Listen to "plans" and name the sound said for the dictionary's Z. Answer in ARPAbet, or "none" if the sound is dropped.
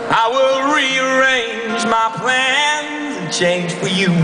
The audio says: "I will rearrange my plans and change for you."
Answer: none